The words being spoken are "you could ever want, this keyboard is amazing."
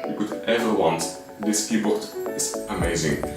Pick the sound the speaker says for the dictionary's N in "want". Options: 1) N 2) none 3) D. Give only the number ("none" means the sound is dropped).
1